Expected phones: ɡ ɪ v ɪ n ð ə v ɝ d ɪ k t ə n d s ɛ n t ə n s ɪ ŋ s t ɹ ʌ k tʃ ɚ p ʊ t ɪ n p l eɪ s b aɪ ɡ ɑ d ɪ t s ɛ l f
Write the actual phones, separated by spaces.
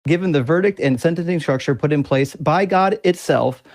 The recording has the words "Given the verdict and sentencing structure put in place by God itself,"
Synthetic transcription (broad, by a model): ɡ ɪ v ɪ n ð ə v ɝ d ɪ k t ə n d s ɛ n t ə n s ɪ ŋ s t ɹ ʌ k tʃ ɚ p ʊ t ɪ n p l eɪ s b aɪ ɡ ɑ d ɪ t s ɛ l f